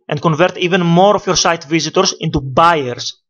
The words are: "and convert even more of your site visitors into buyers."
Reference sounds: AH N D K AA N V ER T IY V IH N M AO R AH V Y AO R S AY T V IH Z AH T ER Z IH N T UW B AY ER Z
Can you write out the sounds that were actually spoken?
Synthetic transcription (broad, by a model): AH N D K AA N V ER T IY V IH N M AO R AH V Y AO R S AY T V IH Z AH T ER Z IH N T UW B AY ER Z